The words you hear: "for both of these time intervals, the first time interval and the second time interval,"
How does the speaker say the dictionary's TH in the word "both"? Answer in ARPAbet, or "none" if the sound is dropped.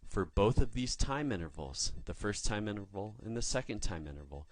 TH